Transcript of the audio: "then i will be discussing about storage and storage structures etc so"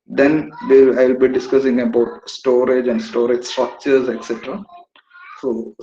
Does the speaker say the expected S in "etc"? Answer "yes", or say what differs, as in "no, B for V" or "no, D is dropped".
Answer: yes